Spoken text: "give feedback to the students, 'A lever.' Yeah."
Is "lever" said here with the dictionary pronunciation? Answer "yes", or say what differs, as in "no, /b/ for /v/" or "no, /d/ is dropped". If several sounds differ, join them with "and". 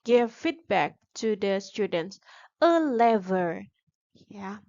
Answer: yes